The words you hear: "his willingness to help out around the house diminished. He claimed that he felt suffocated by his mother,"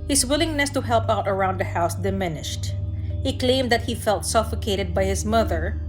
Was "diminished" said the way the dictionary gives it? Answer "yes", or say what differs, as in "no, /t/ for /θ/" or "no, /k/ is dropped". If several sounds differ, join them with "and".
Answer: yes